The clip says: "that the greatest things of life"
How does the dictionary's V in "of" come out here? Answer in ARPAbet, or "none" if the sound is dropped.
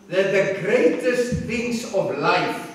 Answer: V